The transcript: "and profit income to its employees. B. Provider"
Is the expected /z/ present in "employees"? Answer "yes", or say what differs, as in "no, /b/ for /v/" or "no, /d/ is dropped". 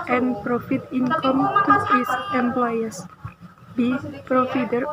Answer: no, /s/ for /z/